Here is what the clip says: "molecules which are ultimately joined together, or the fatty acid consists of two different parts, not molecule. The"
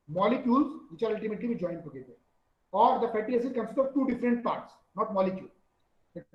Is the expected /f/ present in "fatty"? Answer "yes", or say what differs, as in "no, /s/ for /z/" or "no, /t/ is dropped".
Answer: no, /p/ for /f/